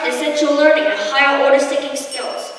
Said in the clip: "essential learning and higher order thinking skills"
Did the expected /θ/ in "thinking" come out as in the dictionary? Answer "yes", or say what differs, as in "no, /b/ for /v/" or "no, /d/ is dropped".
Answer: no, /t/ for /θ/